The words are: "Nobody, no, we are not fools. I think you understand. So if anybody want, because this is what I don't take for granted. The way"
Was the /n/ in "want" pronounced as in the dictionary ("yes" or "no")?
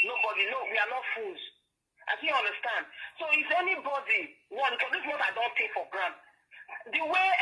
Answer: no